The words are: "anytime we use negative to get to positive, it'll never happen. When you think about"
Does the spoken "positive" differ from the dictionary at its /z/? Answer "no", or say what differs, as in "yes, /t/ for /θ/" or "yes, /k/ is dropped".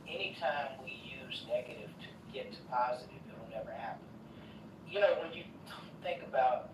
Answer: no